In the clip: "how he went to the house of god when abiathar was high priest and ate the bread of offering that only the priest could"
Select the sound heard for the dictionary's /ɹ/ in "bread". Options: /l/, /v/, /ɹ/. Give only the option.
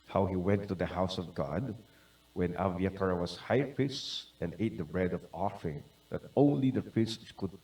/ɹ/